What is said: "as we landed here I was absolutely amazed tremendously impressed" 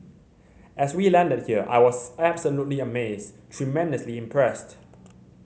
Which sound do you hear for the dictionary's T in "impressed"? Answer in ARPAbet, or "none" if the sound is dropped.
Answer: T